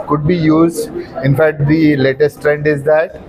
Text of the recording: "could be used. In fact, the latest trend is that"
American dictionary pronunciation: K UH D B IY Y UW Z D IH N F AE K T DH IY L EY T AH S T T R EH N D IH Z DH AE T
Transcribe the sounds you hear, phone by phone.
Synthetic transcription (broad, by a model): K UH D B IY Y UW Z D IH N F AE K T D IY L EY T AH S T T R EH N D IH Z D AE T